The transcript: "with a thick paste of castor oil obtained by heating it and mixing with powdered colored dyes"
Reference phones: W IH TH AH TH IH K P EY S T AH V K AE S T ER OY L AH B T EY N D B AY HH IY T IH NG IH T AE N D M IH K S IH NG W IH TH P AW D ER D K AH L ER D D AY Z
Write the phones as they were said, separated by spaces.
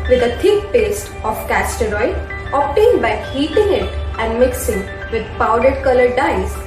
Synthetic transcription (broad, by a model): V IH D AH T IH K P EY S T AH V K AE S T ER OY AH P T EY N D B AY HH IY T IH NG IH T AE N D M IH K S IH NG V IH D P AW D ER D K AH L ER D D AY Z